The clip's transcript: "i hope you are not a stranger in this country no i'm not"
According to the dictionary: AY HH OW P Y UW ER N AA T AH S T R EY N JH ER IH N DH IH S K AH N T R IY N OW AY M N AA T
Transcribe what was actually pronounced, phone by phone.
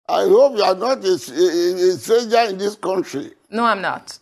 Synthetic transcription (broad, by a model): AY HH OW P Y UW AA N AA T AH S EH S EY JH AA IH N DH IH S K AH N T R IY N OW AY M N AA T